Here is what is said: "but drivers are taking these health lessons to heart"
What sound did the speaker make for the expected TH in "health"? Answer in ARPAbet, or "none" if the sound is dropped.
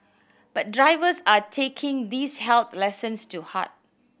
T